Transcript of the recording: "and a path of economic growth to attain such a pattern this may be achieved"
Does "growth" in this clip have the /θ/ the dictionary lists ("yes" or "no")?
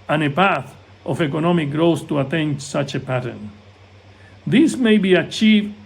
no